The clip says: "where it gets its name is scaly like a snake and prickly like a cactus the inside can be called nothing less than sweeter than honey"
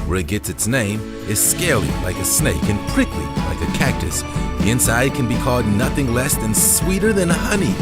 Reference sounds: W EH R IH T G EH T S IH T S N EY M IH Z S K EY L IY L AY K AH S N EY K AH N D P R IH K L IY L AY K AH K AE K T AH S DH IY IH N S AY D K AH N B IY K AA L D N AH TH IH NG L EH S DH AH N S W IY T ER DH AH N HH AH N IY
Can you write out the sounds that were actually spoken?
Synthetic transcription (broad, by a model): W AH R IH T G EH T S IH T S N EY M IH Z S K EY L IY L AY K AH S N EY K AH N P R IH K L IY L AY K AH K AE K T AH S DH IY IH N S AY D K AH N B IY K AA L D N AH TH IH NG L EH S DH AH N S W IY T ER DH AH N HH AH N IY